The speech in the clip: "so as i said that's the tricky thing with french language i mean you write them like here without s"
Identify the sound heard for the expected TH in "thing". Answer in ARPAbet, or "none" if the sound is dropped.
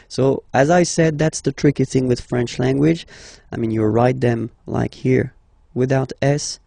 TH